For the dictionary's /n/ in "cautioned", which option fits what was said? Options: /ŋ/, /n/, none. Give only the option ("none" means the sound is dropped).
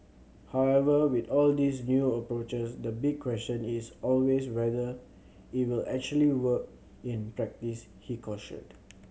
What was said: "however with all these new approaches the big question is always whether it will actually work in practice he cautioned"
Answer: none